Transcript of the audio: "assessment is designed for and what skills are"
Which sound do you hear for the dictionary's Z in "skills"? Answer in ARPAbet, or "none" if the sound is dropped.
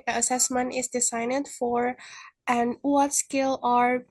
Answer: none